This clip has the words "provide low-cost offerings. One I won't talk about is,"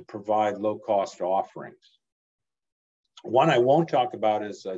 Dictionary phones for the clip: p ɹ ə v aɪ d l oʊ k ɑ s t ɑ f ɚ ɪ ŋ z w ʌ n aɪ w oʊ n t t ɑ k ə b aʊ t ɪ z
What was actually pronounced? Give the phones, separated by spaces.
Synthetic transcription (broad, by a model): p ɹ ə v aɪ d l oʊ k ɑ s t ɑ f ɚ ɪ ŋ z w ʌ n aɪ w oʊ n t t ɑ k ə b aʊ t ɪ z